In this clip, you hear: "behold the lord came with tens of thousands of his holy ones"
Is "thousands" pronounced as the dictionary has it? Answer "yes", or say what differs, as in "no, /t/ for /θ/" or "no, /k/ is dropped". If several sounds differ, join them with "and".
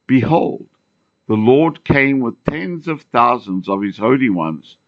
yes